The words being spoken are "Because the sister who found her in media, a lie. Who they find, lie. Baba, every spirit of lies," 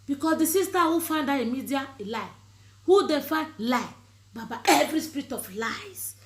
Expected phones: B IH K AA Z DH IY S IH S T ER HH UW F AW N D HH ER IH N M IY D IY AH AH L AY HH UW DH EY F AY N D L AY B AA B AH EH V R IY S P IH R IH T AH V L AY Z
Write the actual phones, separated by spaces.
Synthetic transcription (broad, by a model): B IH K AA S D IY S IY S T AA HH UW F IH N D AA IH M IY D IY AH L AY HH UW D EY F AY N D L AY B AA B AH EH V R IY S P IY R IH T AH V L AY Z